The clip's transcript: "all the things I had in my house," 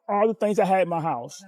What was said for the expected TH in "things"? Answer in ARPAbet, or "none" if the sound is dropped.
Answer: TH